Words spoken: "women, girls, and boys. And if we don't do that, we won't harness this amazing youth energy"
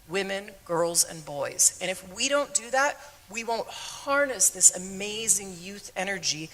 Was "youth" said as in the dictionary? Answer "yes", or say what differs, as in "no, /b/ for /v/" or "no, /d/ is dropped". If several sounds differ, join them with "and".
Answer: yes